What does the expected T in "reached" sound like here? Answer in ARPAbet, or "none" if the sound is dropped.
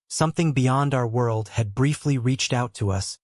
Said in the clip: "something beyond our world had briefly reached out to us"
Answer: T